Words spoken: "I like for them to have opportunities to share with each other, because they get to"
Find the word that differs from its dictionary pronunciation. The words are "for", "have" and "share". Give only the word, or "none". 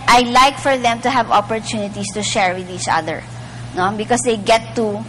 none